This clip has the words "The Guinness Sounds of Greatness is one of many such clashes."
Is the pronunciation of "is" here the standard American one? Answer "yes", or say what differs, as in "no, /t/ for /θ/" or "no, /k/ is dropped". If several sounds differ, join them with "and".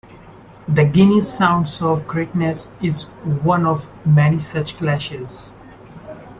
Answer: yes